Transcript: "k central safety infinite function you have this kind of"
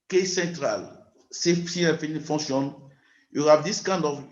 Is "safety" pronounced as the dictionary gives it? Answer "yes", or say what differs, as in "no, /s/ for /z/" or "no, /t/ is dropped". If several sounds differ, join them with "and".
no, /s/ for /t/